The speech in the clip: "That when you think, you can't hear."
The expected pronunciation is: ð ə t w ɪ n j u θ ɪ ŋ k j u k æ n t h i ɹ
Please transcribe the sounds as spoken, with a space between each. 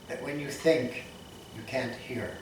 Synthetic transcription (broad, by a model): ð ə t w ɪ n j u θ ɪ ŋ k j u k æ n t h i ɹ